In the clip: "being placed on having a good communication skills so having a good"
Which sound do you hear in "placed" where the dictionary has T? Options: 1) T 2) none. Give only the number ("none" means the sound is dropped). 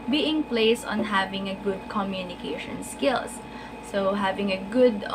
2